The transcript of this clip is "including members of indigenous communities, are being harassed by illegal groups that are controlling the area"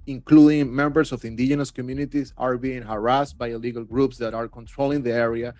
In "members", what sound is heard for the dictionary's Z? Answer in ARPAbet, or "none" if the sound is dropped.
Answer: S